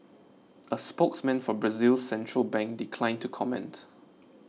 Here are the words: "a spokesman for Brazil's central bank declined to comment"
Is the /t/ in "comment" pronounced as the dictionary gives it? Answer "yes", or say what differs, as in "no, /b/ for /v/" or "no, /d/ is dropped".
yes